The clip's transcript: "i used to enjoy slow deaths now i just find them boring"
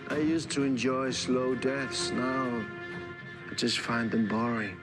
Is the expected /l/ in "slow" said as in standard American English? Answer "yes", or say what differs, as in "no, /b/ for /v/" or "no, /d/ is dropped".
yes